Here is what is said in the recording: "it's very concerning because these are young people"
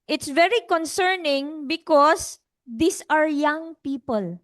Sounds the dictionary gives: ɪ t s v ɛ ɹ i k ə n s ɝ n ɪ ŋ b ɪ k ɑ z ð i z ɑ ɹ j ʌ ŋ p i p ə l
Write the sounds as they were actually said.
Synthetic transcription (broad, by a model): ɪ t s v ɛ ɹ i k ə n s ɝ n ɪ ŋ b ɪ k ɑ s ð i s ɑ ɹ j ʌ ŋ p i p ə l